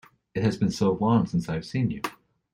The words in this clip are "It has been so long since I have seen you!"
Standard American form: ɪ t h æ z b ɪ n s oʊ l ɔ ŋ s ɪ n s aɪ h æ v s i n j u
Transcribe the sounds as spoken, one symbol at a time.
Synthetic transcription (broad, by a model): ɪ t h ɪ z b ɪ n s oʊ w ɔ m s ɪ n s aɪ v s i n j u